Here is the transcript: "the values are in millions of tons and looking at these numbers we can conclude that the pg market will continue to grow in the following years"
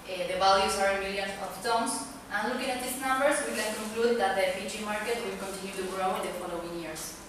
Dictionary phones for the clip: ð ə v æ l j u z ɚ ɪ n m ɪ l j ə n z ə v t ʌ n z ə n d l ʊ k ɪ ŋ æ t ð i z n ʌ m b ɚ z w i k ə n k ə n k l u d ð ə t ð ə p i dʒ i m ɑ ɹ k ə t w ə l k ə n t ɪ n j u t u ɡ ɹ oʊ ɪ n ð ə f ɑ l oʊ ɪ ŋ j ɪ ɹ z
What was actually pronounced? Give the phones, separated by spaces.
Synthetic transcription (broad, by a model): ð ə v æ l j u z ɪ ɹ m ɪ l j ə n ə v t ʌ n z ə n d l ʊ k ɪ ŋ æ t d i s n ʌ m b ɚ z w i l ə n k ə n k l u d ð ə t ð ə f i tʃ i m ɑ ɹ k ə t w ə l k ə n t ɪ n j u t u ɡ ɹ oʊ ɪ n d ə f ɑ l oʊ ɪ ŋ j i ɹ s